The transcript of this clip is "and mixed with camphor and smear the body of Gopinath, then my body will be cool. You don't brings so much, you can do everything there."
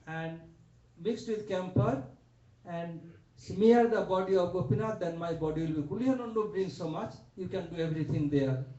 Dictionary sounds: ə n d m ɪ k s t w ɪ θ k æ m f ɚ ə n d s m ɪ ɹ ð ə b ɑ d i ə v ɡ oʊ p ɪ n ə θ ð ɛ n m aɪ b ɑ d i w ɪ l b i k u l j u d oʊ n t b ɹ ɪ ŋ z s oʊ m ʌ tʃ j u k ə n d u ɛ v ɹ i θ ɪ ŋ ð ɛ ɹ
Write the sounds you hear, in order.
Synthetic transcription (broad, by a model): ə n d m ɪ k s t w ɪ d k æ m p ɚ ə n d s m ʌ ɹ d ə b ɑ d i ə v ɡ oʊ p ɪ n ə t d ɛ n m aɪ b ɑ d i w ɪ l b i k u l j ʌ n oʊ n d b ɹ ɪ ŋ s oʊ m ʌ tʃ j u k ə n d u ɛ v ɹ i t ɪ ŋ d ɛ ɹ